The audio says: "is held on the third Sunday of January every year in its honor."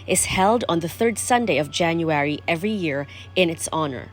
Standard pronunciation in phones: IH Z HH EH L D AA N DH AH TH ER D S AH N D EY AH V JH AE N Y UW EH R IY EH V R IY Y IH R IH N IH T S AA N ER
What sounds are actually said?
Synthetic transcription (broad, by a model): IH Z HH EH L D N DH AH TH ER D S AH N D EY AH V JH AE N Y UW EH R IY EH V R IY Y IH R IH N IH T S AA N ER